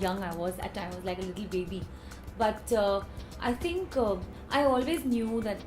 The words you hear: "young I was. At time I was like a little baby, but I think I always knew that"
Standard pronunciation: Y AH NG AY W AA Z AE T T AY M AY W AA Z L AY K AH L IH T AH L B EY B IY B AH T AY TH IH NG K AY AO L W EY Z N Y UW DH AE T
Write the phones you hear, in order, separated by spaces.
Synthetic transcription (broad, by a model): Y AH NG AY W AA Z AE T T AY M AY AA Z L AY K AH L IH T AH L B EY B IY B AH T AY T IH NG K AY AO L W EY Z N Y UW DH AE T